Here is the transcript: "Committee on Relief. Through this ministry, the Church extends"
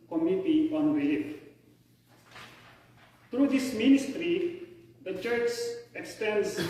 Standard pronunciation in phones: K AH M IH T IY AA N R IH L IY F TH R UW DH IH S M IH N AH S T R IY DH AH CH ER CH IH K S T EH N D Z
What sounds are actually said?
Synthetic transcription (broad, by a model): K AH M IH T IY AA N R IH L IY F T R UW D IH S M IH N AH S T R IY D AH CH ER CH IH K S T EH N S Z